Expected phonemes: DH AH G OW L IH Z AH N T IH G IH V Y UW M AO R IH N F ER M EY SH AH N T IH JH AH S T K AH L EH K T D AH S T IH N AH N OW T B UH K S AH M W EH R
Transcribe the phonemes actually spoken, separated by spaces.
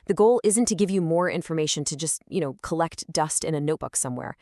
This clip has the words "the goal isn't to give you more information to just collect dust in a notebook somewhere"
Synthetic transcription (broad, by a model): DH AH G OW L IH Z AH N T IH G IH V Y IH M AO R IH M F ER M EY SH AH N T IH JH AH S T K AH L EH K T D AH S T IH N AH N OW T B UH K S AH M W EH R